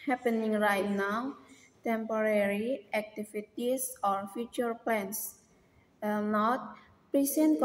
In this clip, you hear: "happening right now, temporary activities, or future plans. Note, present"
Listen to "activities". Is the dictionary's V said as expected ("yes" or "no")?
no